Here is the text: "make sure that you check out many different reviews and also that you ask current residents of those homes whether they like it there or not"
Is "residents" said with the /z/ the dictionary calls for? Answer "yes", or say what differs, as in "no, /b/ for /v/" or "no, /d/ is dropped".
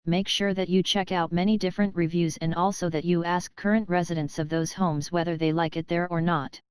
yes